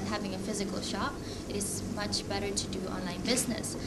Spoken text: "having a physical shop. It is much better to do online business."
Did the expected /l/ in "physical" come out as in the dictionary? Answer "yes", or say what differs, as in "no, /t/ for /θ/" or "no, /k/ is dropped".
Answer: yes